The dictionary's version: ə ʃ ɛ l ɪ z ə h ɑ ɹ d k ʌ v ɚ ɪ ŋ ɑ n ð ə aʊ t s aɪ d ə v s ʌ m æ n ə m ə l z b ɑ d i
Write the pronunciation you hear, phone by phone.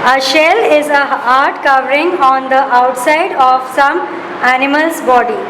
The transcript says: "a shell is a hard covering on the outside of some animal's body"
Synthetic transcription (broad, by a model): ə ʃ ɛ l ɪ z ə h ɑ ɹ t k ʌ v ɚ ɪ ŋ ɑ n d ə aʊ t s aɪ d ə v s ʌ m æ n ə m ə l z b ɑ d i